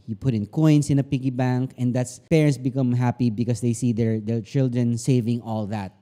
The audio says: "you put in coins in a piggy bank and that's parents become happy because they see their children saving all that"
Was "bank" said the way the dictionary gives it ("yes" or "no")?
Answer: yes